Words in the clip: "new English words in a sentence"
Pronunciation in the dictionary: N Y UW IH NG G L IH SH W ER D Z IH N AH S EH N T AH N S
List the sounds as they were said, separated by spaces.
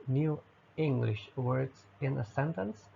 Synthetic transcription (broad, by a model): N Y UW IH NG G L IH SH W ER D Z IH N AH S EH N T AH N S